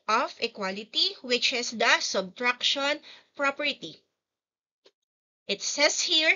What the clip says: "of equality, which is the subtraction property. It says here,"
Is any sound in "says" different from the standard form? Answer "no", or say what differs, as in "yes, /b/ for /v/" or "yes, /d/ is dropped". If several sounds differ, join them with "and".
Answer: yes, /s/ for /z/